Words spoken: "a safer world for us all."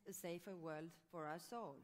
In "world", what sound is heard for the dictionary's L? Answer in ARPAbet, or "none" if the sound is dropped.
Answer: L